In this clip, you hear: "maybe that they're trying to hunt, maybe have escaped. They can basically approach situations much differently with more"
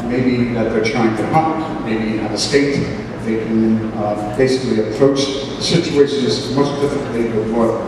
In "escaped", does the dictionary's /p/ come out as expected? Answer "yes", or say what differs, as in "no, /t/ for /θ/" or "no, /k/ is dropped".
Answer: no, /p/ is dropped